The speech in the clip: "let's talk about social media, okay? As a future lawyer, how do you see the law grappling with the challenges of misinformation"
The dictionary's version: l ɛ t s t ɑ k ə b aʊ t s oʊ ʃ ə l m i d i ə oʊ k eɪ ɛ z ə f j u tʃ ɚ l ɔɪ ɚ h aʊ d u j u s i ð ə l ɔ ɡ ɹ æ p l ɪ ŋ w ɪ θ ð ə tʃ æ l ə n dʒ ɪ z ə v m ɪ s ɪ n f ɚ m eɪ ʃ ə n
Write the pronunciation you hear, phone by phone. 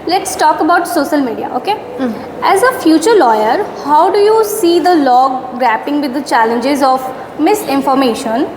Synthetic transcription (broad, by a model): l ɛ t s t ɑ k ə b aʊ t s oʊ ʃ ə l m i d i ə oʊ k eɪ ɛ z ə f j u tʃ ɚ l ɔɪ ɚ h aʊ d u j u s i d ə l ɔ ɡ ɹ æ p ɪ ŋ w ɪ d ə tʃ æ l ə n dʒ ɪ z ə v m ɪ s ɪ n f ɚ m eɪ ʃ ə n